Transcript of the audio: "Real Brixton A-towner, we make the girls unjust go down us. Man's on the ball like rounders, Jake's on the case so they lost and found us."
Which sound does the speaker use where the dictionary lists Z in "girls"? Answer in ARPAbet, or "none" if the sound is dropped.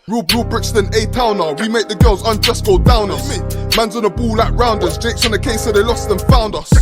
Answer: Z